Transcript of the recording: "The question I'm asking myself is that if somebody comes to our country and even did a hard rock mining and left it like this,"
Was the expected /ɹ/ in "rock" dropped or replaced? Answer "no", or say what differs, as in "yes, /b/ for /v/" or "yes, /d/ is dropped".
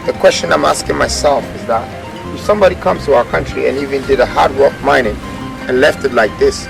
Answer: yes, /w/ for /ɹ/